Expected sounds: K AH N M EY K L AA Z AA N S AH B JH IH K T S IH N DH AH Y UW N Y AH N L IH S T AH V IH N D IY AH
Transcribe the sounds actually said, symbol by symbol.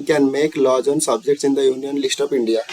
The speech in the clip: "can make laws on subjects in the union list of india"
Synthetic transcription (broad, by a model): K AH N M EY K L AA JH AA N S AH B JH IH K T S IH N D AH Y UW N Y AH N L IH S T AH P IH N D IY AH